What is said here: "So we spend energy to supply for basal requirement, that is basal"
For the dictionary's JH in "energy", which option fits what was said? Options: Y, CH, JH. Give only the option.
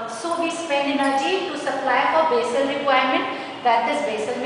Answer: CH